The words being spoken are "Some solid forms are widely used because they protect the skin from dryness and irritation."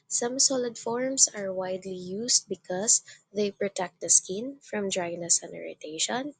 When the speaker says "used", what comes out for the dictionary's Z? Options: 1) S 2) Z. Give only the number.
1